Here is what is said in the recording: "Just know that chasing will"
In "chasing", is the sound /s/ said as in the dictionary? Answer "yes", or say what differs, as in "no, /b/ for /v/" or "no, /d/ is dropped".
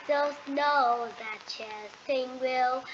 no, /θ/ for /s/